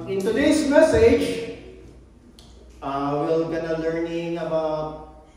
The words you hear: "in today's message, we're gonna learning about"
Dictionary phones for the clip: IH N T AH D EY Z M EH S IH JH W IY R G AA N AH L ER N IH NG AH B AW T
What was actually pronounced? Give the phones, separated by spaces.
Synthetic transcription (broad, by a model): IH N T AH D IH S M EH S IH JH W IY L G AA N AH L ER N IH NG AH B AW T